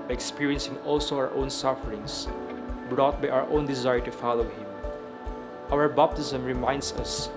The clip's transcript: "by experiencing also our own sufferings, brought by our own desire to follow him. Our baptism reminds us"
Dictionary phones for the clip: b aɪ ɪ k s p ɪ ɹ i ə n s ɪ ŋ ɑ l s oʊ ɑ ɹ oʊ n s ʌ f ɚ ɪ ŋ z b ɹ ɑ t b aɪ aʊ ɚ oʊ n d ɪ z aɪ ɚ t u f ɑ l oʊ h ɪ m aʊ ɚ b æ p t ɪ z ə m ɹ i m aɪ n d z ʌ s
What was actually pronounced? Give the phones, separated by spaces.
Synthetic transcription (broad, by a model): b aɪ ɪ k s p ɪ ɹ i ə n s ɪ ŋ ɑ l s oʊ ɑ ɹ oʊ n s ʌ f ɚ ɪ ŋ s b ɹ ɑ t b aɪ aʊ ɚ oʊ n d ɪ z aɪ ɚ t u f ɑ l oʊ h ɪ m aʊ ɚ b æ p t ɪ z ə m ɹ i m aɪ n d s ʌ s